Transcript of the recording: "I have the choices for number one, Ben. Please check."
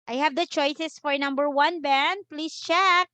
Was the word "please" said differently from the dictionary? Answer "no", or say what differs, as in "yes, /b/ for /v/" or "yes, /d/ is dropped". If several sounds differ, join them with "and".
yes, /s/ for /z/